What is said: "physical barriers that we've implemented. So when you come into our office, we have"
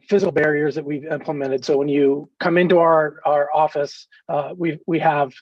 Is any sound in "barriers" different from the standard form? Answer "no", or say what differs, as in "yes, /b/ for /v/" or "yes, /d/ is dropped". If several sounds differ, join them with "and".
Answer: no